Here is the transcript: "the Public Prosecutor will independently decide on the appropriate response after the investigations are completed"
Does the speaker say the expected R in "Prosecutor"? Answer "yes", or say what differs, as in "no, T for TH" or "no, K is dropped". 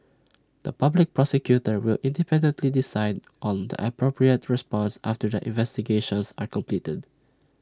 yes